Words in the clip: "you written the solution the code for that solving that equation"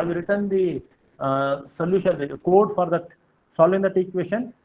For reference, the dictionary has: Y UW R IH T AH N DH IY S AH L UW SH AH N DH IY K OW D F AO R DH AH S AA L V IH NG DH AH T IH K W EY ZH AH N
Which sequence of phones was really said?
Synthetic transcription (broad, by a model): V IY R IH T AH N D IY S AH L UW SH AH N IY K OW D F AO R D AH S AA L IH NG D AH T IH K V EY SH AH N